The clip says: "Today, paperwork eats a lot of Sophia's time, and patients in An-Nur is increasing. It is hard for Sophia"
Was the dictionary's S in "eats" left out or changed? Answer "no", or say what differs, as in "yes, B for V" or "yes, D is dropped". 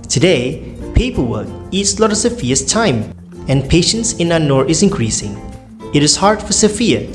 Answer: no